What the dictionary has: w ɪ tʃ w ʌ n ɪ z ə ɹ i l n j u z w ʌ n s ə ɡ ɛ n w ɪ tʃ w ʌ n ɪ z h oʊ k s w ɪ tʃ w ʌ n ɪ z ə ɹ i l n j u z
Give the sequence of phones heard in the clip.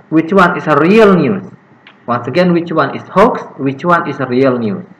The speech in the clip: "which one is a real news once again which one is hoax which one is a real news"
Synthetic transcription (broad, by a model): w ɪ tʃ w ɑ n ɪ s ə ɹ i l n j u s w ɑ n s ə ɡ ɛ n w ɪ tʃ w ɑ n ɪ s h oʊ k s w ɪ tʃ w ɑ n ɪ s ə ɹ i l n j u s